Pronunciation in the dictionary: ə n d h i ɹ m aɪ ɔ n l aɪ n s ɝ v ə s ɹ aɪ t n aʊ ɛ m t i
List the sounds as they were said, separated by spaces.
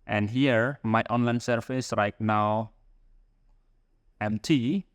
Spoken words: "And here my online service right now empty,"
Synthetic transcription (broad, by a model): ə n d h i ɹ m aɪ ɔ n l aɪ n s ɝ f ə s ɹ aɪ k n aʊ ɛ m t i